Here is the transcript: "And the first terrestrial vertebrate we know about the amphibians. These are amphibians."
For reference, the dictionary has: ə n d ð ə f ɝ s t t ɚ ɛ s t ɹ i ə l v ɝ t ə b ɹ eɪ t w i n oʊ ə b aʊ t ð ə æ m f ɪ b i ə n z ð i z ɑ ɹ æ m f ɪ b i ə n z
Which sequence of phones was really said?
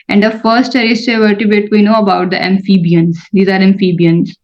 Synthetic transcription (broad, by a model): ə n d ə f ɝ s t t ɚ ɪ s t i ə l t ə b eɪ t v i n oʊ ə b aʊ t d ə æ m f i b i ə n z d i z ɑ ɹ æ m f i b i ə n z